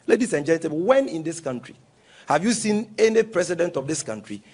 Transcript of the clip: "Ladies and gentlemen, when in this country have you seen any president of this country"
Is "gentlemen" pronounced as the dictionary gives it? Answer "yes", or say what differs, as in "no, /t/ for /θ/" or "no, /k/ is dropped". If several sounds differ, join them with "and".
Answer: no, /l/ is dropped